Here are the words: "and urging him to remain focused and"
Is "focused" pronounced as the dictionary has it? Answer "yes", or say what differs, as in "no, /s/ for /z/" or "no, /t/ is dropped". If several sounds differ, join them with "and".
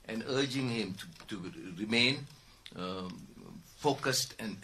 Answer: yes